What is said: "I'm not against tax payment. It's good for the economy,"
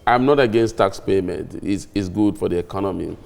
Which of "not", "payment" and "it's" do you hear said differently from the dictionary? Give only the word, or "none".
it's